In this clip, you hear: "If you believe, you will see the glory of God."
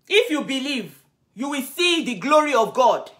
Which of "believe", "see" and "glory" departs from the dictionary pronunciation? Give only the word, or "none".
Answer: none